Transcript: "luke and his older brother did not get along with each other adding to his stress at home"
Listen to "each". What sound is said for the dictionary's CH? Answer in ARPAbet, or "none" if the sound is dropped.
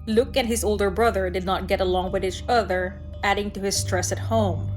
CH